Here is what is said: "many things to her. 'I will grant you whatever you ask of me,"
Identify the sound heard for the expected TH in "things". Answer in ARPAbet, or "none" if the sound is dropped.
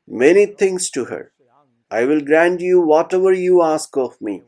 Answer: T